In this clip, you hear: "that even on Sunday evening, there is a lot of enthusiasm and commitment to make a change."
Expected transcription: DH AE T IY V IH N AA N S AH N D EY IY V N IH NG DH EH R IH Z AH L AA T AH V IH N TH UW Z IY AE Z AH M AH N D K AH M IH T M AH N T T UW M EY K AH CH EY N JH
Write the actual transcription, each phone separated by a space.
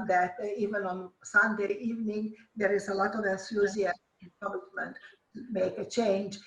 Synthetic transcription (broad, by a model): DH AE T IY V IH N AA N S AH N D EY IY V N IH NG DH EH R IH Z AH L AA T AH V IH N S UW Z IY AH AH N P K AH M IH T M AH N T T UW M EY K AH CH EY N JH